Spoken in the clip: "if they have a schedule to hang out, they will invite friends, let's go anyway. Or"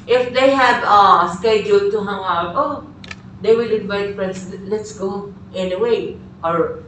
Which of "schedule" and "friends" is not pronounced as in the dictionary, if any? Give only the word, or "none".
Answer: friends